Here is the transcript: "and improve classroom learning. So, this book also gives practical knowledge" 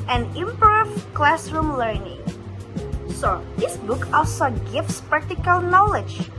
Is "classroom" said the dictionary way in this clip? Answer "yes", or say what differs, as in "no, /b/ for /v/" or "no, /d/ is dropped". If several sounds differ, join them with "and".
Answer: yes